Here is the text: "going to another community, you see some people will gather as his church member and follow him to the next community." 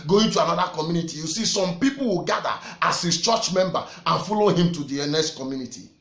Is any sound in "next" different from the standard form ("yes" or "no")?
yes